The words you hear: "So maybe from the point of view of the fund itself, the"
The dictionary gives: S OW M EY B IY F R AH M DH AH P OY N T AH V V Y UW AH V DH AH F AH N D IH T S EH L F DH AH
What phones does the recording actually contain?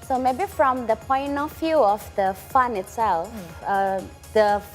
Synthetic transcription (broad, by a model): S OW M EY B IY F R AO M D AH P OY N T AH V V Y UW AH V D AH F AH N IH T S EH L F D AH